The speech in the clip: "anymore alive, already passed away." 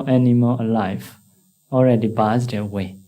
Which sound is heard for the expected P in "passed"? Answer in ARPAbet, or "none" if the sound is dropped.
B